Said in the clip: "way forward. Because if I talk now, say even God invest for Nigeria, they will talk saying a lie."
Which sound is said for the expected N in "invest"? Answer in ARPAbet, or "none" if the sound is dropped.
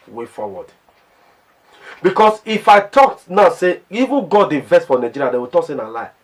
none